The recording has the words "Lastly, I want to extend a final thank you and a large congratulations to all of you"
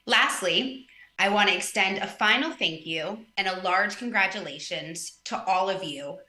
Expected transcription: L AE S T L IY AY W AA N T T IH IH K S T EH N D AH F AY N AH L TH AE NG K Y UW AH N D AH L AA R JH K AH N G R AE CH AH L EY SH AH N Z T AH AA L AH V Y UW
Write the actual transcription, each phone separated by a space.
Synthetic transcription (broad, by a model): L AE S T L IY AY W AA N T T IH IH K S T EH N D AH F AY N L TH AE NG K Y UW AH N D AH L AA R JH K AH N G R AE CH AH L EY SH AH N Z T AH AA L AH V Y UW